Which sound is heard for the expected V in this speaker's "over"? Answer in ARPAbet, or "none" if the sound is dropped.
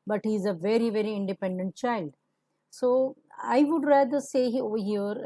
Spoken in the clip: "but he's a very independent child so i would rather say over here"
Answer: none